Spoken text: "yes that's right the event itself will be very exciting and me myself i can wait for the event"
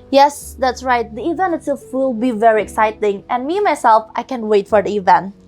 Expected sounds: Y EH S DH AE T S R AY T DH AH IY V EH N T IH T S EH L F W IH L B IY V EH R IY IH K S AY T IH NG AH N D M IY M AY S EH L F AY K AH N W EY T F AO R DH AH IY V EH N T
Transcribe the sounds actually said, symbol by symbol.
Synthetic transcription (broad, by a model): Y EH S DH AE T S R AY T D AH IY V EH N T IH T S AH F W IH L B IY V EH R IY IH K S AY T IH NG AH N M IY M AY S EH L F AY K AH N W EY T F AO R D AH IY V EH N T